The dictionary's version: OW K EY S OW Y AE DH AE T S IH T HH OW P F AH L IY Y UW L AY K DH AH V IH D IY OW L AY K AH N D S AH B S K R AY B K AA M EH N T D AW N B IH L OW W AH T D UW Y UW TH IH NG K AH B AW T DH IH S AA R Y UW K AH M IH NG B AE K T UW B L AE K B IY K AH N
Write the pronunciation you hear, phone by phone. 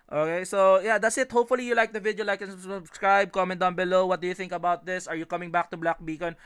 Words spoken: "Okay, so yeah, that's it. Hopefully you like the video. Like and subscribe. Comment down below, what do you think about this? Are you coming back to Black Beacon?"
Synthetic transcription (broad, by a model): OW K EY S OW Y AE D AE T S IH T HH OW P F AH L IY Y UW L AY K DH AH V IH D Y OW L AY K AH N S S AH B S K R AY B K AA M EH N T D AW N B IH L OW W AH T D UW Y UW TH IH NG K AH B AW T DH IH S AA R Y UW K AH M IH NG B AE K T UW B L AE K B IY K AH N